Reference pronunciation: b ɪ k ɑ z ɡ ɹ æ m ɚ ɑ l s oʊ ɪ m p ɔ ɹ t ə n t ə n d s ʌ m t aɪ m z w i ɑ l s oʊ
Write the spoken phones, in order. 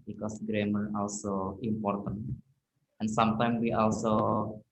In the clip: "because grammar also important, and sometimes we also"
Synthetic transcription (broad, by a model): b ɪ k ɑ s ɡ ɹ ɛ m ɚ ɑ l s oʊ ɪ m p ɔ ɹ t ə n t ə n s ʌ m t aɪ m w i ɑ l s oʊ